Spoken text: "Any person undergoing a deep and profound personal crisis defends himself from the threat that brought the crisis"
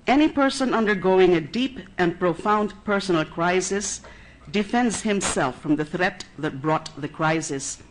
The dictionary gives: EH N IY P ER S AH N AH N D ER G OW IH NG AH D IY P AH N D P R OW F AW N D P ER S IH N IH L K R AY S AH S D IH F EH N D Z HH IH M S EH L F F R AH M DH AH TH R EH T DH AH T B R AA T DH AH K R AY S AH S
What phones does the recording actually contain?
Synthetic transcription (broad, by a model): EH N IY P ER S AH N AH N D ER G OW IH NG AH D IY P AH N P R OW F AW N D P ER S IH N L K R AY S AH S D IH F EH N D Z HH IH M S EH L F F R AH M DH AH TH R EH T DH AH T B R AA T DH AH K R AY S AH S